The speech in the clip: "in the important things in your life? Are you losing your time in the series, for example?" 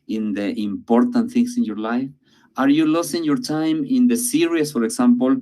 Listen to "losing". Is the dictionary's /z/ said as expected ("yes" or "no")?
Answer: no